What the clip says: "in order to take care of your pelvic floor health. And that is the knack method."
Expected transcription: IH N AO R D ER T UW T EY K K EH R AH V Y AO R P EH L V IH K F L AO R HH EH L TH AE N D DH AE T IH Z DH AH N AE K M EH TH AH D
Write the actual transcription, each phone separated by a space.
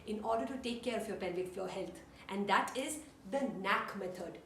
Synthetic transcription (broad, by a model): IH N AO R D ER T UW T EY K K EH R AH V Y AO R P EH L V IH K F AO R HH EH L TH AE N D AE T IH Z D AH N AE K M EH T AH D